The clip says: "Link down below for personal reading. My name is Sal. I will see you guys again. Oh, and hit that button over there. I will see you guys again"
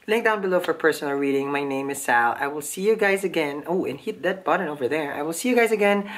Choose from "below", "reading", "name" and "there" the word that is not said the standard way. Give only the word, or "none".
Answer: none